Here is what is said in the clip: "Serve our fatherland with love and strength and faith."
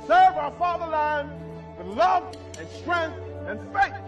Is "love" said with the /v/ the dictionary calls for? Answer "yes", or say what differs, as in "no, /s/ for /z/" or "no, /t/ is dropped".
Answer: yes